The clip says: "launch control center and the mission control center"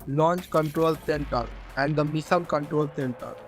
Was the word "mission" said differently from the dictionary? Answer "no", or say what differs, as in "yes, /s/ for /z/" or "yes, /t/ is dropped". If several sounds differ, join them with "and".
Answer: yes, /s/ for /ʃ/